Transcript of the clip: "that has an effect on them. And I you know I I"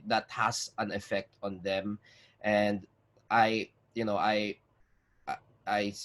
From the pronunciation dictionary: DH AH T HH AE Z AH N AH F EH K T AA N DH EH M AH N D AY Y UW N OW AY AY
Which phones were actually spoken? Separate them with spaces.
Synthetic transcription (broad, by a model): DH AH T HH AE S AH N AH F EH K T AA N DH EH M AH N D AY Y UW N OW AY AY